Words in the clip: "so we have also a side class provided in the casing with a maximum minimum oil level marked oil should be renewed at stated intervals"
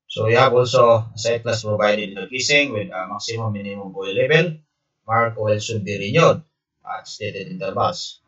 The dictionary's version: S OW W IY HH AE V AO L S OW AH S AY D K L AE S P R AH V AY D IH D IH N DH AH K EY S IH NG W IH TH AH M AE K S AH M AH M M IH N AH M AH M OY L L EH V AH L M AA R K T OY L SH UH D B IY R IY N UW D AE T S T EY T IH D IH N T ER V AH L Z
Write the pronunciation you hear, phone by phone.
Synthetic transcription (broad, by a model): S OW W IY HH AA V AO L S OW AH S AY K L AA S P R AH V AY D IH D IH N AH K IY S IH NG W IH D AH M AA K S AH M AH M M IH N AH M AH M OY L L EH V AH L M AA R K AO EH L S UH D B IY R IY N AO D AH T S T EY T IH D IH N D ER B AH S